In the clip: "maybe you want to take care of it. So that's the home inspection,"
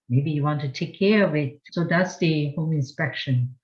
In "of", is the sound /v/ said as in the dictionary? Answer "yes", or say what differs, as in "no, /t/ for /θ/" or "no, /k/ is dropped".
yes